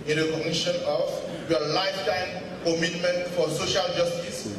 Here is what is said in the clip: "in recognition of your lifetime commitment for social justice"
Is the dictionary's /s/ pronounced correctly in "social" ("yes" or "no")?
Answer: yes